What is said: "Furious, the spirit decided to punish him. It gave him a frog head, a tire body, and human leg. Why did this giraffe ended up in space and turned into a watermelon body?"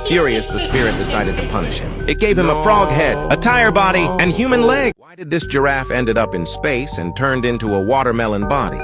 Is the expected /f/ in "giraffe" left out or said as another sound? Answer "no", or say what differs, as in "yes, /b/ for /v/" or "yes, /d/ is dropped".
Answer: no